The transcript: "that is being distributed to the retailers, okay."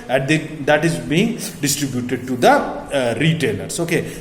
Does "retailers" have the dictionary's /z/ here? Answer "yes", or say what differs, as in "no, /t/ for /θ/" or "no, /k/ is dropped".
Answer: no, /s/ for /z/